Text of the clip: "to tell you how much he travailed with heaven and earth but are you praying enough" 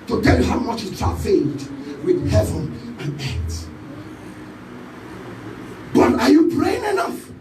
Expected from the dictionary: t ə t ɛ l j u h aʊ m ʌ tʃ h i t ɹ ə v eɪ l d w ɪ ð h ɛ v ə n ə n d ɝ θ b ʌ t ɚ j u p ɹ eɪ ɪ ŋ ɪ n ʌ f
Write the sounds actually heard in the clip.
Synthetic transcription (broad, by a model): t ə t ɛ l j u h aʊ m ʌ tʃ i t ə f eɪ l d w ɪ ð h ɛ v ə n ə n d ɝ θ b ʌ t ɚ j u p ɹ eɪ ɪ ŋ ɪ n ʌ f